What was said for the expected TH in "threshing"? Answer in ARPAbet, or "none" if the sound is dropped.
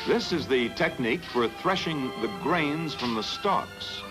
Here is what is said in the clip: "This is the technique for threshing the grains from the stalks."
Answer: TH